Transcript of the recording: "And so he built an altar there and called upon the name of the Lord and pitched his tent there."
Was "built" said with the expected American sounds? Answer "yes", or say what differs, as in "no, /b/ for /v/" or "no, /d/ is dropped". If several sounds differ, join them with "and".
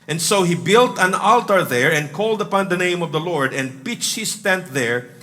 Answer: yes